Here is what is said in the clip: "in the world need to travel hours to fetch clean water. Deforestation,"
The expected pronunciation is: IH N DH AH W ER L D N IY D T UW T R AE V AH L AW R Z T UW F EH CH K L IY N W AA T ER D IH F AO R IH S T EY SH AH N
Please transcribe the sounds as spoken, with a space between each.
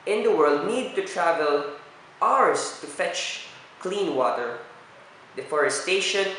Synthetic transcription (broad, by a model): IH N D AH W ER L D N IY D T UW T R AE V AH L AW R S T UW F EH CH K L IY N W AA T ER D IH F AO R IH S T EY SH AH N